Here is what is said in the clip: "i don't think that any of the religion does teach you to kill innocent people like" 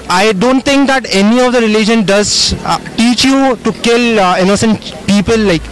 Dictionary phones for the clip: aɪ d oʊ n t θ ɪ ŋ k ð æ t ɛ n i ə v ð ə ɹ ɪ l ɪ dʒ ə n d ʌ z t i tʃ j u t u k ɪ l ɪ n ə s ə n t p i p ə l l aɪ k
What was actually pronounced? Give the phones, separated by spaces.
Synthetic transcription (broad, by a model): aɪ d oʊ n t t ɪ ŋ k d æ t ɛ n i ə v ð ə ɹ ɪ l ɪ dʒ ə n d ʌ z t i tʃ j u t u k ɪ l ɪ n ə s ə n t p i p ə l l aɪ k